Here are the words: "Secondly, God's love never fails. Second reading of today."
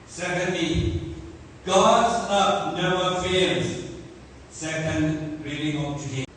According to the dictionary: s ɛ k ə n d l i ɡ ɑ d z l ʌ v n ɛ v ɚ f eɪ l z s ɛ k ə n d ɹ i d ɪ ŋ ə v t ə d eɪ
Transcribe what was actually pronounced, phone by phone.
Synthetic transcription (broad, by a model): s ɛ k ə n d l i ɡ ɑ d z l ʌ p n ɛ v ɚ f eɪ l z s ɛ k ə n d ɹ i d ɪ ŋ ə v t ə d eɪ